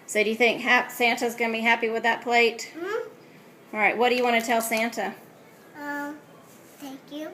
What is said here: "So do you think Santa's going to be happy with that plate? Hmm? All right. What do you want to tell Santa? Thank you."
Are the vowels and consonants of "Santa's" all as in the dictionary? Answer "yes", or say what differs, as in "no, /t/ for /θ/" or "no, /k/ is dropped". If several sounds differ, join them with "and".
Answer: yes